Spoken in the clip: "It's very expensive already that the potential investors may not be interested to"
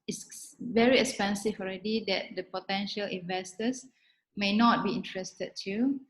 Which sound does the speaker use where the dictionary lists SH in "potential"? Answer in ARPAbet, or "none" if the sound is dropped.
SH